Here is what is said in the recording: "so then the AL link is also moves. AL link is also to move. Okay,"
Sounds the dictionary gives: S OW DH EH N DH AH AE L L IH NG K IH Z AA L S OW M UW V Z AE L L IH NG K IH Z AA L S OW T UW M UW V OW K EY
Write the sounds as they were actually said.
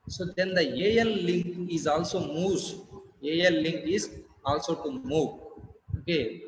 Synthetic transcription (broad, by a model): S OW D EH N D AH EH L L IH NG K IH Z AA L S OW M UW Z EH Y L IH NG K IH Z AA L S OW T UW M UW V OW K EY